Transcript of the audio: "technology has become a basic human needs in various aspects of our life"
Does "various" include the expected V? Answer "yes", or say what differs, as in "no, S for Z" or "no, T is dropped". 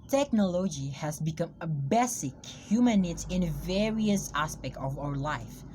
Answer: yes